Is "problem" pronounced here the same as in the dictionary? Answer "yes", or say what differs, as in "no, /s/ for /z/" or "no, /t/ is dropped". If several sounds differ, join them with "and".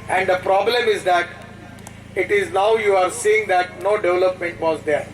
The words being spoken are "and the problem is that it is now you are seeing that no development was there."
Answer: yes